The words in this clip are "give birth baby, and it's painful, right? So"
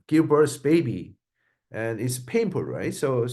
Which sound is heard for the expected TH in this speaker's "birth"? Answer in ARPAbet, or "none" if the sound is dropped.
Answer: S